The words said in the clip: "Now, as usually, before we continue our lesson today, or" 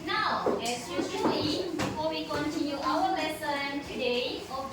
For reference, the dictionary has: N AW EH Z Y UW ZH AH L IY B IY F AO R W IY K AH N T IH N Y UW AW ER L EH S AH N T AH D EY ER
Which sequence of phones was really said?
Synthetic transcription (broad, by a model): N AW EH S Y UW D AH IY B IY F AO W IY K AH N T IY N Y UW AW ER L EH S AH N T AH D EY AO